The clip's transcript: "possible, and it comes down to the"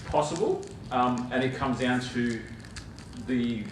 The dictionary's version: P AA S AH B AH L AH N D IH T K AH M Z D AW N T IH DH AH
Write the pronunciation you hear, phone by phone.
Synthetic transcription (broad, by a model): P AA S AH B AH L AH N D IH T K AH M Z D AW N T IH DH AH